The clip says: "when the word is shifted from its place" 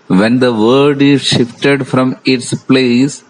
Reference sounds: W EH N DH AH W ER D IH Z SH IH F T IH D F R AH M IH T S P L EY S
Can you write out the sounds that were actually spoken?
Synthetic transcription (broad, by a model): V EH N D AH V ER D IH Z SH IH F T IH D F R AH M IH T S P L EY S